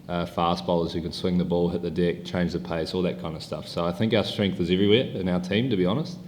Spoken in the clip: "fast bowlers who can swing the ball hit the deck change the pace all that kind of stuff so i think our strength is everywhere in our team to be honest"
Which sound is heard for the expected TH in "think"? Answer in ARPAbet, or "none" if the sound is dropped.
TH